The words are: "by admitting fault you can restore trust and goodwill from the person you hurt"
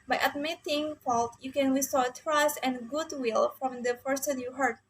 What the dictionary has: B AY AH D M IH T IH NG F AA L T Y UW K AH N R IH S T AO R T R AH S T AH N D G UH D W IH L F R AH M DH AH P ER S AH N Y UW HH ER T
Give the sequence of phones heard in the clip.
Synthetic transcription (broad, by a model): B AY AH D M IH T IH NG F AA L T Y UW K AH N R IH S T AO T R AH S T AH N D G UH D W IH L F R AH M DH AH F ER S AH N Y UW HH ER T